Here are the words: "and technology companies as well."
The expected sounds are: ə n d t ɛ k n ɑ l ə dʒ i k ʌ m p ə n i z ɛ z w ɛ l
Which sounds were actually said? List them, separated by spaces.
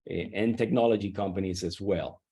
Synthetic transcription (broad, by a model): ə n t ɛ k n ɑ l ə dʒ i k ʌ m p ə n i z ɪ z w ɛ l